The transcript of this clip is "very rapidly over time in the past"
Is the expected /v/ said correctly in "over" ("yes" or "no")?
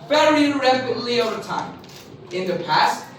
yes